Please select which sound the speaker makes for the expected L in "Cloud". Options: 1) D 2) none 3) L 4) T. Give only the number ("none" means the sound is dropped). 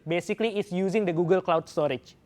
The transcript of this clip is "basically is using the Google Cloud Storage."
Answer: 3